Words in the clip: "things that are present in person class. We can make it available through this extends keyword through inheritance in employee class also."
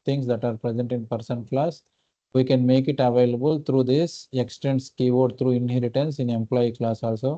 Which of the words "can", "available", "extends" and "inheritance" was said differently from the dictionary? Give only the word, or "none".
extends